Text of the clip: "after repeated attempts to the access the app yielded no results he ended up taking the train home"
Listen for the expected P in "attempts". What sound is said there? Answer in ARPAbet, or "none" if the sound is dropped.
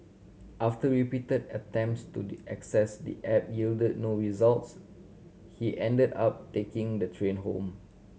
P